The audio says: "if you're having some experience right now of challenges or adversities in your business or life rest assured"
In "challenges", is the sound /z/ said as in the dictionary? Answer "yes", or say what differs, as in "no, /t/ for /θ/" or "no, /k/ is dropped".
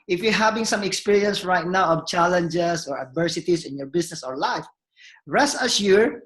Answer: no, /s/ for /z/